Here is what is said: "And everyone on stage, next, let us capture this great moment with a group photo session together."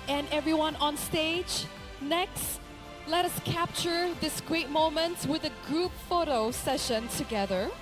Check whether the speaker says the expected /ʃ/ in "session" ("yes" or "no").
yes